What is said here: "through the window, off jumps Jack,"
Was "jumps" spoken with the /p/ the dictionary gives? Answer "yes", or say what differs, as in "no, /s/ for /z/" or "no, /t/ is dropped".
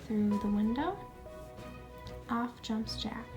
yes